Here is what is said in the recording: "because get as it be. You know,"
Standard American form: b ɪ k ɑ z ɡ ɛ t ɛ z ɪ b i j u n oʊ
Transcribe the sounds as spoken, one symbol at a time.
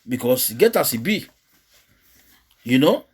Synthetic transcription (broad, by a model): b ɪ k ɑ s ɡ ɛ t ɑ s ɪ b i j u n oʊ